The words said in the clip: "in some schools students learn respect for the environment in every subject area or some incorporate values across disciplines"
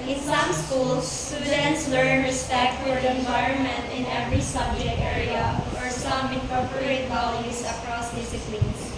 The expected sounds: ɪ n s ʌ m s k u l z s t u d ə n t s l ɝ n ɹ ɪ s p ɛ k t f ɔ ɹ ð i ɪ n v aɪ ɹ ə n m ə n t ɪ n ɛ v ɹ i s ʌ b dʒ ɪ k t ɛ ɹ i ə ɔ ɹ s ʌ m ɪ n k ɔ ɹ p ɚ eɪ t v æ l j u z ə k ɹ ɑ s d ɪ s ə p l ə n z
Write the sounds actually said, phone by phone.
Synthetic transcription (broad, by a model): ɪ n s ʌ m s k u l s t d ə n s l ɝ n ɹ ɪ s p ɛ k t f ɔ ɹ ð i ɪ n v aɪ ɹ ə n m ə n t ɪ n ɛ v ɹ i s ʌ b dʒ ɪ t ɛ ɹ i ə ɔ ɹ s ʌ m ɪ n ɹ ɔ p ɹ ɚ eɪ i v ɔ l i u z ə k ɹ ɑ s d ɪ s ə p l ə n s